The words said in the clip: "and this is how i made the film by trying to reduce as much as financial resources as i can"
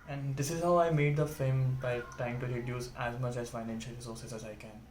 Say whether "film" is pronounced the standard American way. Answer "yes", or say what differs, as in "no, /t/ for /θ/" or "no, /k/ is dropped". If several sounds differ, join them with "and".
no, /l/ is dropped